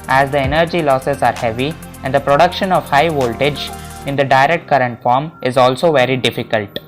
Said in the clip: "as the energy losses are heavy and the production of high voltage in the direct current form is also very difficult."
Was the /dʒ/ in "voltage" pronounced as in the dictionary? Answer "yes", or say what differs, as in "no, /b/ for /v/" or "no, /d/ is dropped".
yes